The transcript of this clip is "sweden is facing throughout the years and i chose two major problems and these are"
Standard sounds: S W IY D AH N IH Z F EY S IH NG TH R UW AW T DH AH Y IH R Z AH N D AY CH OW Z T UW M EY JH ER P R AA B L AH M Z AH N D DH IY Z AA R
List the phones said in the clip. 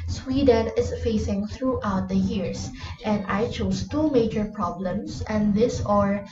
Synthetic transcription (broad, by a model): S W IY D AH N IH S F EY S IH NG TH R UW AW T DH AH Y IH R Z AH N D AY CH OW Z T UW M EY JH ER P R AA B L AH M S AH N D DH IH S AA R